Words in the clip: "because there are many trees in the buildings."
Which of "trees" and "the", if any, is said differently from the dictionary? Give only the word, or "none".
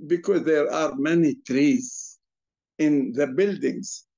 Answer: none